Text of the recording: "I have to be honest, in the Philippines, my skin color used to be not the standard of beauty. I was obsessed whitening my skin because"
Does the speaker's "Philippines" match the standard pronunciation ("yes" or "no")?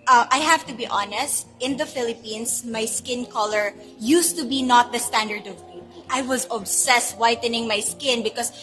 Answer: no